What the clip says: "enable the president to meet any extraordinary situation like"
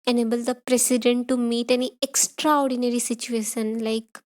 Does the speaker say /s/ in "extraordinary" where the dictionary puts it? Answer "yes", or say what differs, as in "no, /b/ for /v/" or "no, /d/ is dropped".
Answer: yes